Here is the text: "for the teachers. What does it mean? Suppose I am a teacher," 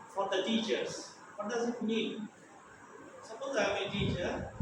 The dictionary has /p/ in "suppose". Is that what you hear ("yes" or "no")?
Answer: no